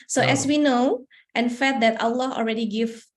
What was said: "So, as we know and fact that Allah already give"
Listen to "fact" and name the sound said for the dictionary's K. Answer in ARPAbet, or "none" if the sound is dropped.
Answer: none